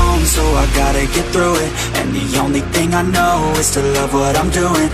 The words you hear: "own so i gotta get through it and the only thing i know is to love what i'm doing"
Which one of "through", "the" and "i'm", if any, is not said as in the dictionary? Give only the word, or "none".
none